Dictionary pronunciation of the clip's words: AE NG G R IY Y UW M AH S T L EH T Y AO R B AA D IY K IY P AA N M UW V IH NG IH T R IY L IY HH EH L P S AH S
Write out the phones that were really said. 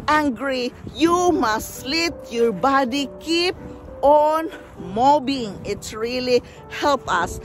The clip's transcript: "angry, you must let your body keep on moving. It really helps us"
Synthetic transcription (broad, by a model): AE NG G R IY Y UW M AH S T L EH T Y AO R B AA D IY K IY P AA N M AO B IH NG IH T R IY L IY HH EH L P AH S